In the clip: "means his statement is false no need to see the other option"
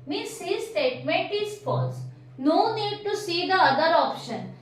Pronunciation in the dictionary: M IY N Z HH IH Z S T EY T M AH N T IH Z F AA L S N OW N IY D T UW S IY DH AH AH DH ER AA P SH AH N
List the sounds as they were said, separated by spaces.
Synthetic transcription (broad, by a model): M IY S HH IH S T EY T M AH N T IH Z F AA S N OW N IY D T UW S IY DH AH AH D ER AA P SH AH N